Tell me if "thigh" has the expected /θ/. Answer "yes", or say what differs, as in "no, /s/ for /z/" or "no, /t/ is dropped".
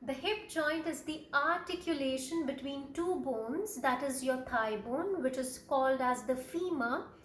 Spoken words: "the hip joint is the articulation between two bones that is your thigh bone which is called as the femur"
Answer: no, /t/ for /θ/